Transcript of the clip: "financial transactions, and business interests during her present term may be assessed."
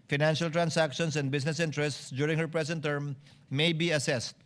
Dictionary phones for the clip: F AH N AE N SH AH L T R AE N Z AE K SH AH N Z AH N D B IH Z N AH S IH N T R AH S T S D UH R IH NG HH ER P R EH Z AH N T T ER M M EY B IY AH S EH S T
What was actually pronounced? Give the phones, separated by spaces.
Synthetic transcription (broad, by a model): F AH N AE N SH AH L T R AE N S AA K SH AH N S AH N D B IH S N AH S IH N T R AH S T S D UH R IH NG HH ER P R EH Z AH N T T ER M M EY B IY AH S EH S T